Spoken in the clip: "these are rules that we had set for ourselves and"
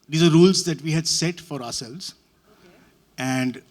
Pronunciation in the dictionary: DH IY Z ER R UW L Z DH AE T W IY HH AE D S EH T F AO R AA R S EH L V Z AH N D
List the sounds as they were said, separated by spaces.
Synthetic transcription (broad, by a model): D IY Z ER R UW L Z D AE T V IY HH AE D S EH T F AO R AA R S EH L V Z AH N D